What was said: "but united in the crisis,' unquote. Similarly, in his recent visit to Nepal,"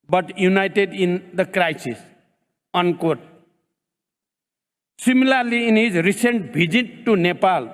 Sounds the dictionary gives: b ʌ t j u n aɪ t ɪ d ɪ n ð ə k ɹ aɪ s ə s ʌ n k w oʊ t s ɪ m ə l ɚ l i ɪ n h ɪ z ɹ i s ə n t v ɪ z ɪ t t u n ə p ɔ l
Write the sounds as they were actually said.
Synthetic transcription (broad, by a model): b ʌ t j u n aɪ t ɪ d ɪ n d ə k ɹ aɪ s ə s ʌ n k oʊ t s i m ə l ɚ l i ɪ n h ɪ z ɹ i s ə n t b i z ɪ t t u n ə p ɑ l